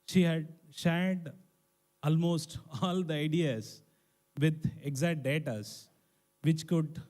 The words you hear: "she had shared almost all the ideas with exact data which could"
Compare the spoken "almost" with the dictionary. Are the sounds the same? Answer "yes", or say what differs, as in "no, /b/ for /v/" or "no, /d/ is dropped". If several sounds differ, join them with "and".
yes